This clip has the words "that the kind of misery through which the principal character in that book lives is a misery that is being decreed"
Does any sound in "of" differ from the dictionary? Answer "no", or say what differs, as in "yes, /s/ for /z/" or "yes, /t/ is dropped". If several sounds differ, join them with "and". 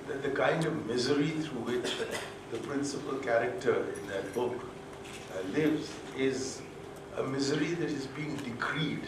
no